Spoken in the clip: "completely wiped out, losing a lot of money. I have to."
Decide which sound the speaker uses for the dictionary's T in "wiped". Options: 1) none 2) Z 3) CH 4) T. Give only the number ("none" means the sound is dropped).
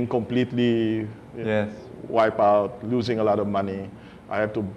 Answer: 1